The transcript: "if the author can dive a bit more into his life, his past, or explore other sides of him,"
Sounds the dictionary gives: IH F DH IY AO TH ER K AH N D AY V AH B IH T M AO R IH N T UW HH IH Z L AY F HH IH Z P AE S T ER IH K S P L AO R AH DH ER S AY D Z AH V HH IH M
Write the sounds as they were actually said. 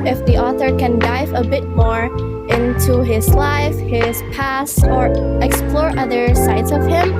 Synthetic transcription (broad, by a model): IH F DH IY AO TH ER K AH N D AY V AH B IH T M AO R IH N T UW HH IH Z L AY F HH IH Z P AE S ER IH K S P L AO R AH DH ER S AY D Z AH V HH IH M